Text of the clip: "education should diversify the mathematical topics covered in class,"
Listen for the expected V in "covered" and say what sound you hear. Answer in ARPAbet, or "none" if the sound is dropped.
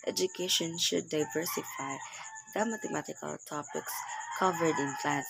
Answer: V